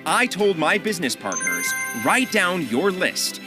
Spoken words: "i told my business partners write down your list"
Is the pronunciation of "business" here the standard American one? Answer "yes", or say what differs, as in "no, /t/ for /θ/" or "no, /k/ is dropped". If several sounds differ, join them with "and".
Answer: yes